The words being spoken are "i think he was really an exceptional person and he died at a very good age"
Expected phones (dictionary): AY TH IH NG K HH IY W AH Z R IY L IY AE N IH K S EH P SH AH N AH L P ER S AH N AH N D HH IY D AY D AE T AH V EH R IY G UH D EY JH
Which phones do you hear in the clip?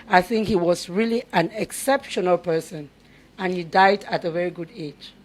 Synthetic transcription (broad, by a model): AY TH IH NG K HH IY W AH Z R IY L IY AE N IH K S EH P SH AH N AH L P ER S AH N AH N HH IY D AY D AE T AH V EH R IY G UH D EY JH